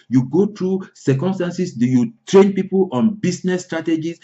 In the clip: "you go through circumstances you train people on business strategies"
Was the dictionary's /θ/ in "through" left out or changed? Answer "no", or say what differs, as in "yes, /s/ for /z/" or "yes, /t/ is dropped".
yes, /t/ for /θ/